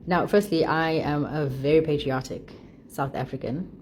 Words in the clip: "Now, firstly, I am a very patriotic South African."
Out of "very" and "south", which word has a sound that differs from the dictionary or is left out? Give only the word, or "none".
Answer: none